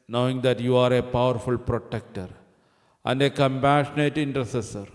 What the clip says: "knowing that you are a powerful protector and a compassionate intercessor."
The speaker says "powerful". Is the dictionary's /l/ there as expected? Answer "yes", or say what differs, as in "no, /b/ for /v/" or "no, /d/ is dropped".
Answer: yes